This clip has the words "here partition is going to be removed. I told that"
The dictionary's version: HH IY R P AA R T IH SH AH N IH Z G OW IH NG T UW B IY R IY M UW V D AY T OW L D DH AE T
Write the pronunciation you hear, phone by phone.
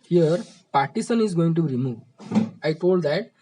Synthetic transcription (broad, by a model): HH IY R P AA R T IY S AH N IH Z G OW IH NG T UW R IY M UW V AY T OW L D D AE T